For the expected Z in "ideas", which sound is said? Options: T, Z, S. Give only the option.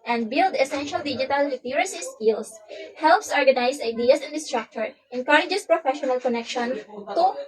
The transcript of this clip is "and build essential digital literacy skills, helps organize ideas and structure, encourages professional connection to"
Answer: S